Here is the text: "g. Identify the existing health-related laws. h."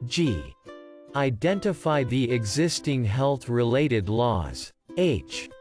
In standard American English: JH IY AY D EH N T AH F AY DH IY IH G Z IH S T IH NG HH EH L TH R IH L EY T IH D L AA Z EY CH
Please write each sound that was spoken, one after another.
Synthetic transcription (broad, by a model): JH IY AY D EH N T AH F AY DH IY IH G Z IH S T IH NG HH EH L TH R IH L EY T IH D L AA Z EY CH